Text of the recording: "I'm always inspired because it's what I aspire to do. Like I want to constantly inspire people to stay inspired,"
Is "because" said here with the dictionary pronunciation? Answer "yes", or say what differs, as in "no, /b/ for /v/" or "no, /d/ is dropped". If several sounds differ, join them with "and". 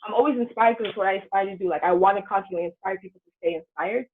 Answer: no, /z/ is dropped